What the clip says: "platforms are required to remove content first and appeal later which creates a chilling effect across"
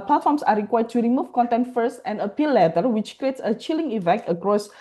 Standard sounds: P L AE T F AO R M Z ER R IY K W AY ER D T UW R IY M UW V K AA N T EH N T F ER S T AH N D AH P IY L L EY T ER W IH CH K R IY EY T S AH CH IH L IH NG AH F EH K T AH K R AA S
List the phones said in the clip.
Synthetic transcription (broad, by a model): P L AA T F AO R M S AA R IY K W AY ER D T UW R IY M UW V K AA N T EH N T F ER S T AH N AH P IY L L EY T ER W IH CH K R IY EY T S AH CH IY L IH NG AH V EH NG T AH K R AA S